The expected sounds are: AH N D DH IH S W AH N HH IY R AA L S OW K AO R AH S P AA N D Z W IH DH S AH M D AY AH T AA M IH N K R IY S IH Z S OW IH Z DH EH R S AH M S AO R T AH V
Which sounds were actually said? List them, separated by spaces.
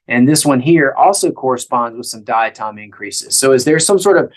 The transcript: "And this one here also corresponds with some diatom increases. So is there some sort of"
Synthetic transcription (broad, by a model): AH N DH IH S W AH N HH IY R AA L S OW K AO R AH S P AA N D Z W IH DH S AH M D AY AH T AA M IH N K R IY S IH Z S OW IH Z DH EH R S AH M S AO R T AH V